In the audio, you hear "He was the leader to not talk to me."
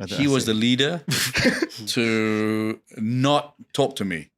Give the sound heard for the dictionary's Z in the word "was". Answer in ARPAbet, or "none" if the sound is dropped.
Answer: Z